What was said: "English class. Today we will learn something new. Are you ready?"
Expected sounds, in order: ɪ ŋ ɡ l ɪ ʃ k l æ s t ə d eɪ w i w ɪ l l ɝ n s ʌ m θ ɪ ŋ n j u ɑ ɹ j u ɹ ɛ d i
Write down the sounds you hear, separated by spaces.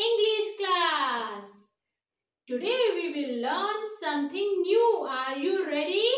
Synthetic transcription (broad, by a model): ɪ ŋ ɡ l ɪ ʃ k l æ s t ə d eɪ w i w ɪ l l ɝ n s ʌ m t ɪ ŋ n j u ɑ ɹ j u ɹ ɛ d i